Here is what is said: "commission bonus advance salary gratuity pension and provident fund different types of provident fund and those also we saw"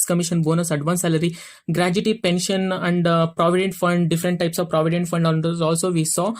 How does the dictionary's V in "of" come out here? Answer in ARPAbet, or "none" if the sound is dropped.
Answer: V